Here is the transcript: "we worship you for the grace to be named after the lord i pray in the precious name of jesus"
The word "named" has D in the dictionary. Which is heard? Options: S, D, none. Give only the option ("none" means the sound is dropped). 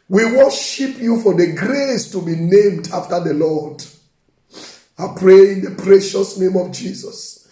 D